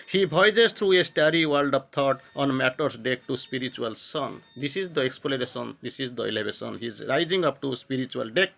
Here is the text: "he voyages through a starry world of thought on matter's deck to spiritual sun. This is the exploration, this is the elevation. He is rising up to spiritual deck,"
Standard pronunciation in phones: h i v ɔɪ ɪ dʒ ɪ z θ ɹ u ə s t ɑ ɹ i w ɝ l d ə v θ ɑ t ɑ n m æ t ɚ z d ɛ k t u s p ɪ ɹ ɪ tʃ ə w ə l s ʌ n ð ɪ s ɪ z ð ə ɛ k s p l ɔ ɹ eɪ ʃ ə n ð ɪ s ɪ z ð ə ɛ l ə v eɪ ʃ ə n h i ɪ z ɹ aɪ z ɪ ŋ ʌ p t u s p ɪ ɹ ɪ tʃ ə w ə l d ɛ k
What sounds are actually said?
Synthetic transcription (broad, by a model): h i b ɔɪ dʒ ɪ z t ɹ u ə s t ɑ ɹ i w ɝ l d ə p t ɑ t ɑ n m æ t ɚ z d ɛ k t u s p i ɹ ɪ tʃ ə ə l s ʌ n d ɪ s ɪ z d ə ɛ k s p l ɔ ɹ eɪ s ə n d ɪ s ɪ z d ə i l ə b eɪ s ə n h i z ɹ aɪ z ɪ ŋ ʌ p t u s p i ɹ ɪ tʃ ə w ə l d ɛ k